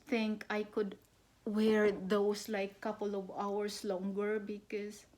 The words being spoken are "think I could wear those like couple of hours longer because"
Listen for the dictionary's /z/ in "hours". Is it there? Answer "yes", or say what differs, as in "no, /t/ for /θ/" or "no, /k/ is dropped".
no, /s/ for /z/